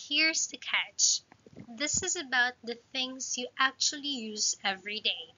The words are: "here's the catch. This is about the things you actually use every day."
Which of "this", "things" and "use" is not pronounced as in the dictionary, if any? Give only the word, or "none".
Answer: none